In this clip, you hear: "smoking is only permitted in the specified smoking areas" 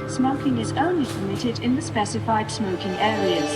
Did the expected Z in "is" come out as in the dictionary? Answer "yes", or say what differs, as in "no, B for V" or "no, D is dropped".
yes